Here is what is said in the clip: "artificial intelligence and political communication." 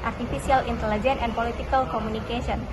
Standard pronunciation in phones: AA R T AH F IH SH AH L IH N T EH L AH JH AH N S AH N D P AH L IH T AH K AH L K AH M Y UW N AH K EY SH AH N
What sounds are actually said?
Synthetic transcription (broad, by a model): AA R T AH F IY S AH L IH N T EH L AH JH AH N AH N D P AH L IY T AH K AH L K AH M UW N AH K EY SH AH N